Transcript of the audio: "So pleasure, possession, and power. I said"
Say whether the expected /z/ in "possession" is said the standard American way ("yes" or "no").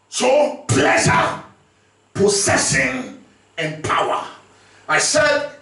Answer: no